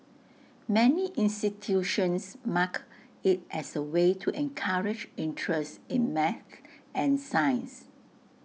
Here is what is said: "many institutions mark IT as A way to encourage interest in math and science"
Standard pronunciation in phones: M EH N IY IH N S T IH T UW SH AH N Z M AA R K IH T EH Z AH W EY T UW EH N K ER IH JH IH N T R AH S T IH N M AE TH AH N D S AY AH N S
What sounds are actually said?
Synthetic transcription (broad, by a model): M EH N IY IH N S T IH T UW SH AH N S M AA K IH T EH S AH W EY T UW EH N K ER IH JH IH N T R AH S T IH N M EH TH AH N S AY AH N S